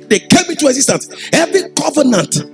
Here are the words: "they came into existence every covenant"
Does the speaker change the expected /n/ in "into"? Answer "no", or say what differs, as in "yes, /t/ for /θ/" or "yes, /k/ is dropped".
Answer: yes, /n/ is dropped